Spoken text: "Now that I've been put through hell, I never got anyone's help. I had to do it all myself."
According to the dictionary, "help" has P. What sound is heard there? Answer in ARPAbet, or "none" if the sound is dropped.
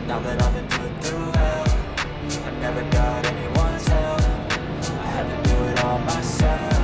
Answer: none